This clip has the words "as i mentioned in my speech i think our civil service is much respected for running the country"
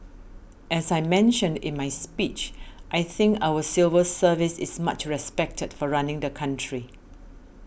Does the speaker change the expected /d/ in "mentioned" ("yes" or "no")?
no